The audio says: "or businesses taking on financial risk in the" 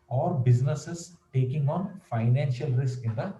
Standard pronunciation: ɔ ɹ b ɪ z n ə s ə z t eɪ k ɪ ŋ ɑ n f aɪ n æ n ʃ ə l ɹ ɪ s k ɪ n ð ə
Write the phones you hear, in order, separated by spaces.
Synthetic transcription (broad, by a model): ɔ ɹ b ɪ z n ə s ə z t eɪ k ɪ ŋ ɑ n f aɪ n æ n ʃ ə l ɹ ɪ s k ɪ n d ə